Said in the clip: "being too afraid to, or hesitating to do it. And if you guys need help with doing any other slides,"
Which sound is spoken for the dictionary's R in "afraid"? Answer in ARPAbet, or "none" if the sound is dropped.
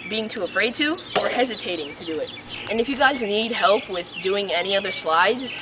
R